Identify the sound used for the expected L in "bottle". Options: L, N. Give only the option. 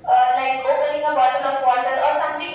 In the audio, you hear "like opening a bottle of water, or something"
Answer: N